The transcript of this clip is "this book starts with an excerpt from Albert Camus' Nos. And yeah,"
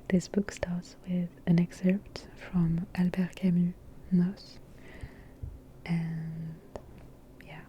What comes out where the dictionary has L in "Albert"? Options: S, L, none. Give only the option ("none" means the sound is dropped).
L